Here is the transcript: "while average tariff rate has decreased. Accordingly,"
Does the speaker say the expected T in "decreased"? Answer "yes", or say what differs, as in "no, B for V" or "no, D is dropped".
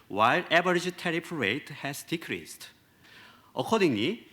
yes